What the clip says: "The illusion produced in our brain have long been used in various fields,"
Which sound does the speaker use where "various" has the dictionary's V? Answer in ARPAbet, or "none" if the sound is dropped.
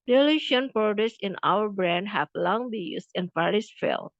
P